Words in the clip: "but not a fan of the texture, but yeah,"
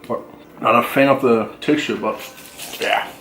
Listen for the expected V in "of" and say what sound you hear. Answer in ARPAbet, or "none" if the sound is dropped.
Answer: P